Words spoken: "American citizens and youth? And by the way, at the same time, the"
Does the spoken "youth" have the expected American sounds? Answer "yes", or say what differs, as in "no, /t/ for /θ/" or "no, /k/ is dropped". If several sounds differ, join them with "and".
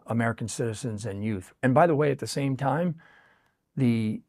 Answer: yes